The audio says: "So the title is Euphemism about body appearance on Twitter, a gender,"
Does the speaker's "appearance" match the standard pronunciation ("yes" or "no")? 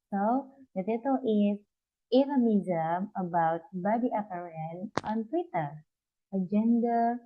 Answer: no